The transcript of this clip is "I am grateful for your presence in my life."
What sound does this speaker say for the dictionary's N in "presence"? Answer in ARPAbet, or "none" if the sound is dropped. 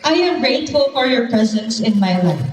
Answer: N